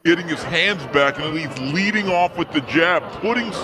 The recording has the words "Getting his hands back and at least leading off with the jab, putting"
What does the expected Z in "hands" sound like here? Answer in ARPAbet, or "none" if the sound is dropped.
Z